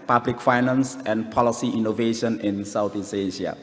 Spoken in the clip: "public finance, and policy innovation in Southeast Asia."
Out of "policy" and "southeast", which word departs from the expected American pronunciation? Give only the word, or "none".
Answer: southeast